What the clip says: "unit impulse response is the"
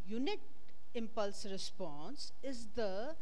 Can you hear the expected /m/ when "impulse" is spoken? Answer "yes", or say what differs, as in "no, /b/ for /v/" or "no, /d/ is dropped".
yes